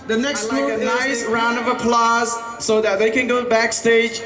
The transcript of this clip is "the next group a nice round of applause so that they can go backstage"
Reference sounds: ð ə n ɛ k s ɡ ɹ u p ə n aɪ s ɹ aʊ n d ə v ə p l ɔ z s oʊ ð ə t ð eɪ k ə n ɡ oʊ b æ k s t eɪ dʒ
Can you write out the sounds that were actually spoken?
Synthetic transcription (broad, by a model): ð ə n ɛ k s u ə n aɪ s ɹ aʊ n d ə v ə p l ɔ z s oʊ ð ə t ð eɪ k ə n ɡ oʊ b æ k s t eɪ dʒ